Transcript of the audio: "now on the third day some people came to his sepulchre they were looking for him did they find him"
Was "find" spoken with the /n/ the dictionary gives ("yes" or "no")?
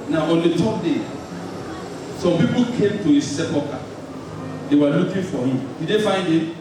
yes